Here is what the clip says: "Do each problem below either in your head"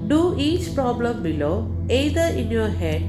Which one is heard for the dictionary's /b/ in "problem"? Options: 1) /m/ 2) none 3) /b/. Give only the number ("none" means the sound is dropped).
3